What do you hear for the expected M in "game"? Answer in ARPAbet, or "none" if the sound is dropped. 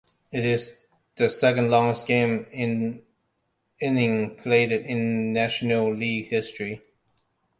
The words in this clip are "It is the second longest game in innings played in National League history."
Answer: none